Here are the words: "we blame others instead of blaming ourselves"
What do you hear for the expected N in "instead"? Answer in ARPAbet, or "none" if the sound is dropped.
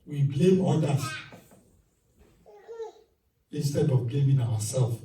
N